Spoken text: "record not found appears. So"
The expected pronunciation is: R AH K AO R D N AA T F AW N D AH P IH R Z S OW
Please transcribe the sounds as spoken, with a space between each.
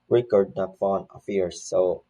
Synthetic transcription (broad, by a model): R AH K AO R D N AA T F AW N AH F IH R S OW